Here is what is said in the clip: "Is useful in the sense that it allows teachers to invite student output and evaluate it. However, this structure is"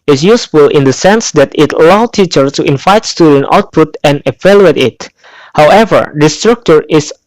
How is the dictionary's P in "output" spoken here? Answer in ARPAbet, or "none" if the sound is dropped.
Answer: P